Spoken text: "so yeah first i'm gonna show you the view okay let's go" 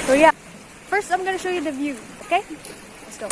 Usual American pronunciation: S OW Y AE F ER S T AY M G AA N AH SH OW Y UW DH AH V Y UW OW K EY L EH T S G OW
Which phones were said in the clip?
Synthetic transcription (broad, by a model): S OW Y AE F ER S T AY M G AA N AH SH OW Y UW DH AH V Y UW OW K EY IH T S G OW